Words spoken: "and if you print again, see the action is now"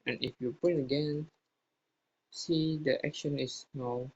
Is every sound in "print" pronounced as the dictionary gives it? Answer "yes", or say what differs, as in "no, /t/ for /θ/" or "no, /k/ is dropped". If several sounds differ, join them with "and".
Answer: no, /ɹ/ is dropped